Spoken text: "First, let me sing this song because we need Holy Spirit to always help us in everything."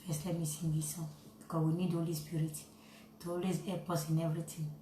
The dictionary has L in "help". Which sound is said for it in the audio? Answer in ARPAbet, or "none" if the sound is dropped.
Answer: none